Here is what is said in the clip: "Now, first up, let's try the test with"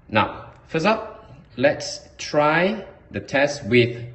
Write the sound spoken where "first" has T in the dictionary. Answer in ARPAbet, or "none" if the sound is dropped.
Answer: none